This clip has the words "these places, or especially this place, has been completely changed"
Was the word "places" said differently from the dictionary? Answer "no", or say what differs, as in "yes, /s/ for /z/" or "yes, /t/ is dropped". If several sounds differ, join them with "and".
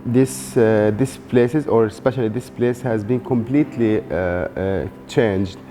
no